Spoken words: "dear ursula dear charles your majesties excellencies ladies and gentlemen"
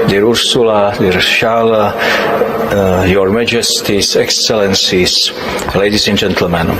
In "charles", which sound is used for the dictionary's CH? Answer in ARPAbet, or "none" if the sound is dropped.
SH